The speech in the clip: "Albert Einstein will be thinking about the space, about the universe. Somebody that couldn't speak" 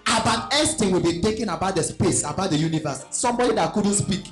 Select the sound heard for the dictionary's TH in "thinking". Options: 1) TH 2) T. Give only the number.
2